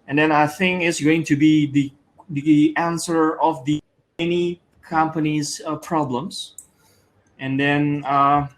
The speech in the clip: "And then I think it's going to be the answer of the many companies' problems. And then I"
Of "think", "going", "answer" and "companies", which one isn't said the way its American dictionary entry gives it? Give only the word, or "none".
none